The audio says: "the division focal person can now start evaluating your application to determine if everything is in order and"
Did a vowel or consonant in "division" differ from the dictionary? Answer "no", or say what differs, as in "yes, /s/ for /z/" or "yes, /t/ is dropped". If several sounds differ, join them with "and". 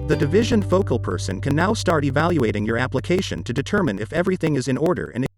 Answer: no